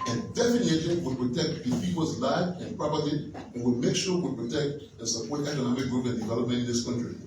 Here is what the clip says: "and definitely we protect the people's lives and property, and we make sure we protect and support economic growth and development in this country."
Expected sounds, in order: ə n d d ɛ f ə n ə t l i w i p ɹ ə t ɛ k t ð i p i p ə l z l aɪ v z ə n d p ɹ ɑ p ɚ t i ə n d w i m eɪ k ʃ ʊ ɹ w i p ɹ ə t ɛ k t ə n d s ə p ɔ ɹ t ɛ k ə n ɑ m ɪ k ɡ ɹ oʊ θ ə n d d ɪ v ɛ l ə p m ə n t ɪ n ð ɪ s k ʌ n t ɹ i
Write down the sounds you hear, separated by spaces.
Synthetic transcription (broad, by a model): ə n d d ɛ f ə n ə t i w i p ɹ ə t ɛ k t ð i f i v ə z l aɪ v ə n p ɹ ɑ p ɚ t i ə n w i m eɪ k ʃ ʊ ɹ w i p ɹ ə t ɛ k t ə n s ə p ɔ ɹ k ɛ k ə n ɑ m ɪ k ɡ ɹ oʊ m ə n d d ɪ v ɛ l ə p m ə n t ɪ n ð ɪ s k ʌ n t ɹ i